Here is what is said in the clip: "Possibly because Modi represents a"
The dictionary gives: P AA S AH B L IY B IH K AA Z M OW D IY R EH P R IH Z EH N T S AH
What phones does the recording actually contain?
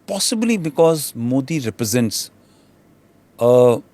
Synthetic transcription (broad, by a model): P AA S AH B L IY B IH K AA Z M OW D IY R EH P R IH Z EH N T S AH